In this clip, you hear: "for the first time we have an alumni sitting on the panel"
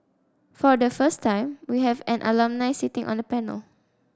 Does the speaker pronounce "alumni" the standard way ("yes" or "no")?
yes